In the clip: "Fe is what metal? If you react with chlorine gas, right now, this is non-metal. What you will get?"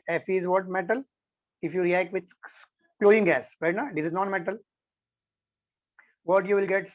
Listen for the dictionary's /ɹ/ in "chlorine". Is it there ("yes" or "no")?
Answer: no